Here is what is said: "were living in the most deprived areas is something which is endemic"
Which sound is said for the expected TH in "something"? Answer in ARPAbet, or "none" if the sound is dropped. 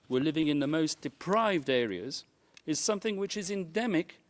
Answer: TH